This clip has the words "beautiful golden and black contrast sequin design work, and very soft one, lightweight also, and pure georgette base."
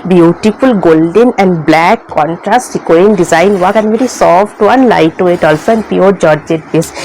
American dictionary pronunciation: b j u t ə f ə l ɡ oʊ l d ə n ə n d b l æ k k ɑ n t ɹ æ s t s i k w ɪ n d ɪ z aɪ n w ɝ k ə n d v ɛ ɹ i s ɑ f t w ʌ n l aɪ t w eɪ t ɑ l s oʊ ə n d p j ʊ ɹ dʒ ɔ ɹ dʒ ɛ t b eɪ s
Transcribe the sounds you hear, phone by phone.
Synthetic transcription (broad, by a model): b j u t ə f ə l ɡ oʊ l d ə n ə n d b l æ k k ɑ n t ɹ æ s t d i k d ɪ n d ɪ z aɪ n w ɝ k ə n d v ɛ ɹ i s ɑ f t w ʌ n l aɪ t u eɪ t ɑ l s oʊ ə n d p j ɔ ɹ dʒ ɔ ɹ dʒ ɛ t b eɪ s